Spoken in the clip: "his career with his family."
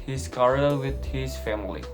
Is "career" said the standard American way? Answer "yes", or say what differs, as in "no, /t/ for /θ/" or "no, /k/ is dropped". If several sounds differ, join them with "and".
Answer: no, /l/ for /ɹ/